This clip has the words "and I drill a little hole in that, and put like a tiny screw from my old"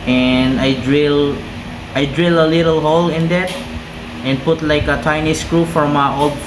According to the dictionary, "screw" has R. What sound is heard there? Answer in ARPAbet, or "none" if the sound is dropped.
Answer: R